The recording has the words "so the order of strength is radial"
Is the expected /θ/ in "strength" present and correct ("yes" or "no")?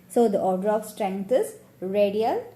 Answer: no